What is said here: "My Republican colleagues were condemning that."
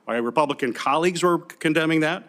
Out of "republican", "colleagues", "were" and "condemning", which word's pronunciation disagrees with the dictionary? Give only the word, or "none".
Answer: none